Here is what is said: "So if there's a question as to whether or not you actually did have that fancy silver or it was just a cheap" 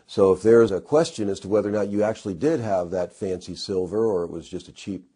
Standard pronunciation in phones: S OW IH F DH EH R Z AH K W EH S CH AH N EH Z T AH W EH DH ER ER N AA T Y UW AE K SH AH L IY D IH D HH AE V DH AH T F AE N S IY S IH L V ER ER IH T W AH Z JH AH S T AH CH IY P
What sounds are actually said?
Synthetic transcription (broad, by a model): S OW IH F DH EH R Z AH K W EH S CH AH N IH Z T AH W EH DH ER ER N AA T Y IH AE K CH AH L IY D IH D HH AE V DH AH T F AE N S IY S IH L V ER ER IH T W AH Z JH AH S T AH CH IY P